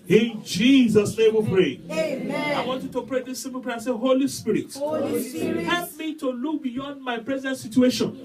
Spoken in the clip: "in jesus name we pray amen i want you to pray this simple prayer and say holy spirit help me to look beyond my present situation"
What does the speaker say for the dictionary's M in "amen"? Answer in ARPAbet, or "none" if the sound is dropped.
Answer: none